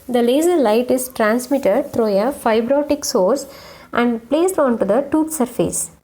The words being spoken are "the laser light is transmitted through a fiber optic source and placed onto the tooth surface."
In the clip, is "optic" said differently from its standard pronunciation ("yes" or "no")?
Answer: yes